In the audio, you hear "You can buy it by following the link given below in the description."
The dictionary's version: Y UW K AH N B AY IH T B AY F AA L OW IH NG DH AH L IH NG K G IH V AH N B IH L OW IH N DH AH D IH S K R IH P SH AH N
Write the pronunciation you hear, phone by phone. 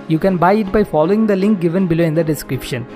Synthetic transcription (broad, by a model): Y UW K AH N B AY IH T B AY F AA L OW IH NG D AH L IH NG K G IH V AH N B IH L OW IH N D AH D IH S K R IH P SH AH N